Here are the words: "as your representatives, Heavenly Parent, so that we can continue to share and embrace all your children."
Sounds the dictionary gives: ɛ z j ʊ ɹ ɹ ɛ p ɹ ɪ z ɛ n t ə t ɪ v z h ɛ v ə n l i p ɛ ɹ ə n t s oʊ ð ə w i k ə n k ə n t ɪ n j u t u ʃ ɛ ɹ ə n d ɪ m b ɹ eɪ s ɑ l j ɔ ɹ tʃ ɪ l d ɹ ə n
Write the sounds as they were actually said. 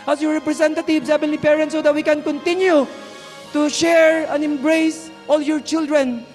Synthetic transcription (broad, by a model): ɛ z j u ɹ ɹ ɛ p ɹ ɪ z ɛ n t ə t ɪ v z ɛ b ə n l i p ɛ ɹ ə n t s oʊ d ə w i k ə n k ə n t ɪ n j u t u ʃ ɛ ɹ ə n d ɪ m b ɹ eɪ s ɑ l j ɔ ɹ tʃ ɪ l d ɹ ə n